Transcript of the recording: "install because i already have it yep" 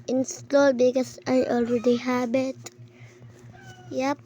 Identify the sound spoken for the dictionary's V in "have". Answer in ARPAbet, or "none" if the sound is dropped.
B